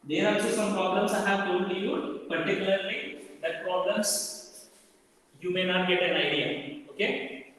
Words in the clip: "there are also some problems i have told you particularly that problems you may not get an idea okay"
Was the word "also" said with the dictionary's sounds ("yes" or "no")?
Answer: no